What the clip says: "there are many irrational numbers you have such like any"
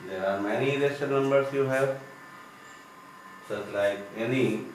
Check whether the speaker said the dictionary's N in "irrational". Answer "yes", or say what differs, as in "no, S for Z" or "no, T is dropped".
no, N is dropped